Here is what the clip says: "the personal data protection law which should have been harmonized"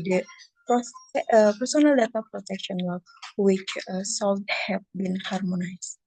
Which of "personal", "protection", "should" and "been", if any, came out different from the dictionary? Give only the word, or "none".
should